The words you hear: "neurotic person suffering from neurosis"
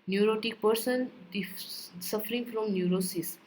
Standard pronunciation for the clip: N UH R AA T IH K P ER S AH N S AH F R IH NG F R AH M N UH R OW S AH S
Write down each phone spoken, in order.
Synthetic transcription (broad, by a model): N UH R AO T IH K P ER S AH N S AH F R IH NG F R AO M N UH R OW S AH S